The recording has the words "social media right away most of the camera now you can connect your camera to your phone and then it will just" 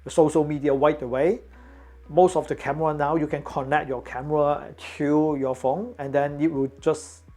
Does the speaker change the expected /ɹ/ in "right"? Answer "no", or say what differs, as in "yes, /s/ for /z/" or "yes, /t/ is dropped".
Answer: yes, /w/ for /ɹ/